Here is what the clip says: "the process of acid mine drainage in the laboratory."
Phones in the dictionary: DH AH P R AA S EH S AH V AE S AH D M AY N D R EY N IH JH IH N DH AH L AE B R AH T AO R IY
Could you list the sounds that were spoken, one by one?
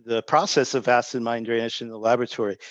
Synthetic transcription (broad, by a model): DH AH P R AA S EH S AH V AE S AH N M AY N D R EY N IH SH IH N DH AH L AE B R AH T AO R IY